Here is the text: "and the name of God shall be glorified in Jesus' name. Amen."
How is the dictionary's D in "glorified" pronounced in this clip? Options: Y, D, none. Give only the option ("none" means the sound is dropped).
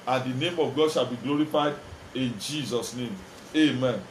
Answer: D